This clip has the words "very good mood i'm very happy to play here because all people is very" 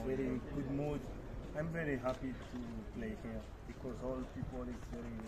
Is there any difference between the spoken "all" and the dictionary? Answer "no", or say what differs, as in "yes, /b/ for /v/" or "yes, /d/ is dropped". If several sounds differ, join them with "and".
no